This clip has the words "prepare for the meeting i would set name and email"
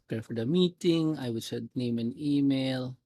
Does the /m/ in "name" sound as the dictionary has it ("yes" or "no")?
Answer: yes